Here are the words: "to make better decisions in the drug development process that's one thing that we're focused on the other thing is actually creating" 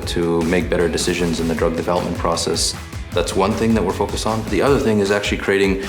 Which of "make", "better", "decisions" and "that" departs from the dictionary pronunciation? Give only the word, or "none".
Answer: none